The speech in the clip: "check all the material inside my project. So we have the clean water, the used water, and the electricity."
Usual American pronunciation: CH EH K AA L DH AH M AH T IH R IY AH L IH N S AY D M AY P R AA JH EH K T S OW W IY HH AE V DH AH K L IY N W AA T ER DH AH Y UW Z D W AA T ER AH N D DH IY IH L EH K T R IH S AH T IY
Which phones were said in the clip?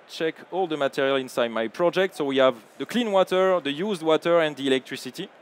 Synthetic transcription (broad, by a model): CH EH K AA L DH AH M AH T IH R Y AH L IH N S AY D M AY P R AA JH EH K T S OW W IY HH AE V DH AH K L IY N W AA T ER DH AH Y UW Z D W AA T ER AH N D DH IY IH L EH K T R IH S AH T IY